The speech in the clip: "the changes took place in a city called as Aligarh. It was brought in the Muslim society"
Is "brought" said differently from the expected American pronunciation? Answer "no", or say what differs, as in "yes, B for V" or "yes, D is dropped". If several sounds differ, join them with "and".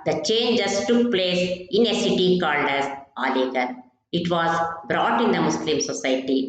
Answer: no